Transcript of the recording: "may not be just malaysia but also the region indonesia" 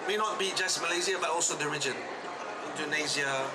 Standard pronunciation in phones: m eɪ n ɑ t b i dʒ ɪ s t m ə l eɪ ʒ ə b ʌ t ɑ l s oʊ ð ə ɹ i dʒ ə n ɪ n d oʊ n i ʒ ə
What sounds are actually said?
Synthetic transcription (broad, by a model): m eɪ n ɑ t b i dʒ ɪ s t m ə l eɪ z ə b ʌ t ɑ l s oʊ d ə ɹ i dʒ ə n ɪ n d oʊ n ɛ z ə